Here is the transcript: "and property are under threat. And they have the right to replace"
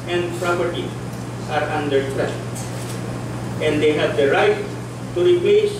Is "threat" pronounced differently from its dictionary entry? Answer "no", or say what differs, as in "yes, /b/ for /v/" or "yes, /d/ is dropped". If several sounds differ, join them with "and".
yes, /t/ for /θ/